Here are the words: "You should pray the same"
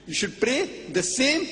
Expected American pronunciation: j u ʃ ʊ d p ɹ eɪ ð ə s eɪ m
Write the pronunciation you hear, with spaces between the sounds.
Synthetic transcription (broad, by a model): j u ʃ ʊ d p ɹ eɪ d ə s eɪ m